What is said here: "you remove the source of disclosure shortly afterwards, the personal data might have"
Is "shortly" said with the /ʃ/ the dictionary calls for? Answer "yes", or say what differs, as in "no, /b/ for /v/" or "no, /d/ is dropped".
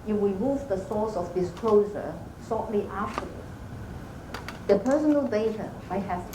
no, /s/ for /ʃ/